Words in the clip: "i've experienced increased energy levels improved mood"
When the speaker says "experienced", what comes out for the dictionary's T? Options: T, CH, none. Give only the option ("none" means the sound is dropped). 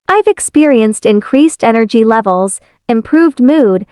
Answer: T